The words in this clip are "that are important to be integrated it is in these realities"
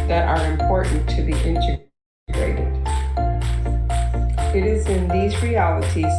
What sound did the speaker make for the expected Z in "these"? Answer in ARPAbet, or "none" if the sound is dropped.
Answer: Z